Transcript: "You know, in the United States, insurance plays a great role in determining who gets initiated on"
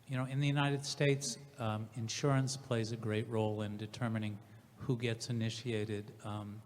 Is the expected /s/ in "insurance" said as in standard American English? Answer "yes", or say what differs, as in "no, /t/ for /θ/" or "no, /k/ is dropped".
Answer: yes